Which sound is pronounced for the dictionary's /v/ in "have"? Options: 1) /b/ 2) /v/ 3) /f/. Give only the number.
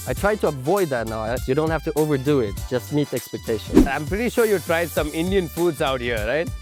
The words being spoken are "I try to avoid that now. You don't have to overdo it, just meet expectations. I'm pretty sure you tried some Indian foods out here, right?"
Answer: 3